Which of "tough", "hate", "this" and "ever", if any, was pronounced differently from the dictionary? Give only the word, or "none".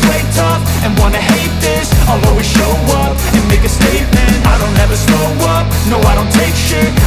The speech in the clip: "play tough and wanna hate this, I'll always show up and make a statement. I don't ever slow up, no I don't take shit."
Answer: tough